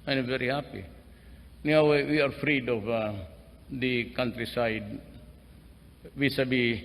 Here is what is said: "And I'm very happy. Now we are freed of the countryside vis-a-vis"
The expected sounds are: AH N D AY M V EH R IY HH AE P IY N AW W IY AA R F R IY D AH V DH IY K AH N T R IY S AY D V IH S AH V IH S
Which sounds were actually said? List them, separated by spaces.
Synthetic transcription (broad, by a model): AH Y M V EH R IY HH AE P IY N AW W IY AA R F R IY D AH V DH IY K AH N T R IY S AY D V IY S AH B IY